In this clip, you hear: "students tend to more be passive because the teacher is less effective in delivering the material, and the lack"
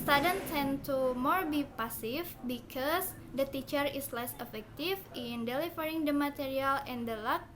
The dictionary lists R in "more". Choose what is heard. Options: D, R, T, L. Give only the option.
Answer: R